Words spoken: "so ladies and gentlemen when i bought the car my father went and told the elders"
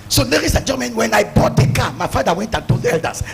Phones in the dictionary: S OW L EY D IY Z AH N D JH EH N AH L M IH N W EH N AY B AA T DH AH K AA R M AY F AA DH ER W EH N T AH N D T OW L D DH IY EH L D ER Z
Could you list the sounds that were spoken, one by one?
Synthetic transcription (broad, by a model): S OW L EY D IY S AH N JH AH M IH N W EH N AY B AA T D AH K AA M AY F AA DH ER W EH N T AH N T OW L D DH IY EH L D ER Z